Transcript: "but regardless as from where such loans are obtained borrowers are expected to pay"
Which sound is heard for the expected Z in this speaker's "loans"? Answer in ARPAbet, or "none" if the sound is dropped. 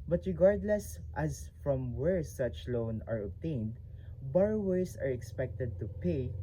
none